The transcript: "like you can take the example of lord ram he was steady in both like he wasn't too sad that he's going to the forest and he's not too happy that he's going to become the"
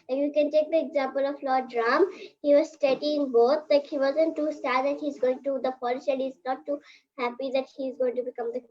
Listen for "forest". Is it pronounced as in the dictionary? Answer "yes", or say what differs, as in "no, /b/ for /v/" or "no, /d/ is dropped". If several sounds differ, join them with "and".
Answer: no, /l/ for /ɹ/